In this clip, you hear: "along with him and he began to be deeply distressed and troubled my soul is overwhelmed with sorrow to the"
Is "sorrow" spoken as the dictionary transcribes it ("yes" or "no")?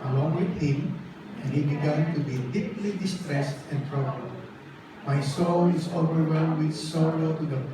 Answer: no